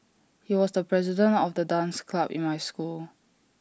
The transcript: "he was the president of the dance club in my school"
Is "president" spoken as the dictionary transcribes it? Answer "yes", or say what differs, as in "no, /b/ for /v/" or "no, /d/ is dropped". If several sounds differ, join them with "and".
yes